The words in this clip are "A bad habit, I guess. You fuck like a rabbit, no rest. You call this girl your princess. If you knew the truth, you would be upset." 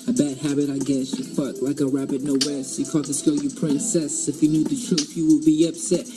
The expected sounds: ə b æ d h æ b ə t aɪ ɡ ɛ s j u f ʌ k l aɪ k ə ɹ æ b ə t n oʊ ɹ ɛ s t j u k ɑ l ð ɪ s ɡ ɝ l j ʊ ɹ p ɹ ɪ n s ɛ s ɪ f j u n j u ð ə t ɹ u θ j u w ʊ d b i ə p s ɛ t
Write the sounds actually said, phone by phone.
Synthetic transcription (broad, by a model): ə b æ d h æ b ə t aɪ ɡ ɛ s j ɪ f ʌ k l aɪ k ə ɹ æ b ə t n oʊ w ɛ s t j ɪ k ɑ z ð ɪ s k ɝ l j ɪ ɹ p ɹ ɪ n s ɛ s ɪ f j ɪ n j u ð ə t ɹ u θ j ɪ w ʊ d b i ə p s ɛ t